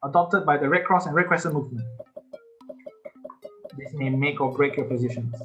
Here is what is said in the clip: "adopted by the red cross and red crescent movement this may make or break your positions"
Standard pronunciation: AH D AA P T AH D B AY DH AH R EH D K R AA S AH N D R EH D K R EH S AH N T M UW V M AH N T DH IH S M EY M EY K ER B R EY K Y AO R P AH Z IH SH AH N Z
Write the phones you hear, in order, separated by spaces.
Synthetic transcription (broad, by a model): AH D AA P T AH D B AY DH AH R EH K R AA S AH N R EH K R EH S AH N M UW V M AH N T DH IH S M EY M EY K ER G R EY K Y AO P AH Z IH SH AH N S